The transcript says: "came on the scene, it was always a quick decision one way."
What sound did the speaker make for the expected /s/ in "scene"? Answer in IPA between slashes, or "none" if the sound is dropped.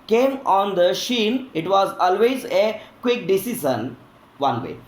/ʃ/